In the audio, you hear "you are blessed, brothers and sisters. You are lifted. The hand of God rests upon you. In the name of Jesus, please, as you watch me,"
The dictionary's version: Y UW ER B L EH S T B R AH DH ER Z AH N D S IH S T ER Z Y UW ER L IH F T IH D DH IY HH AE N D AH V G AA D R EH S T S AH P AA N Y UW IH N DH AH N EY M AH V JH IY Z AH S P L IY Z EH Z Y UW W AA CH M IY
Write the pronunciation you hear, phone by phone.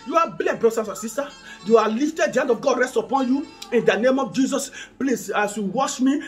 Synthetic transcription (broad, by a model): Y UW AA B L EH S B R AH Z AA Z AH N S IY S T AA Y UW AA L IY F T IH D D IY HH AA N D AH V G AA D R EH S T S AH P AA N Y UW IH N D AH N EY M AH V JH IY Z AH S P L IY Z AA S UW W AA SH M IY